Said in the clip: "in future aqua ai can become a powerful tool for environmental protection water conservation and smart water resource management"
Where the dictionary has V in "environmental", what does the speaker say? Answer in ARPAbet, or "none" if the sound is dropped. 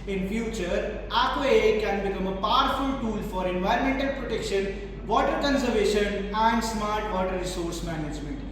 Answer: V